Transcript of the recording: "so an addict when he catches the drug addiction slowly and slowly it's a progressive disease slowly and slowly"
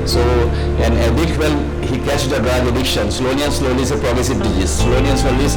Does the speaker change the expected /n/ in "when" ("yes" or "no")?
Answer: yes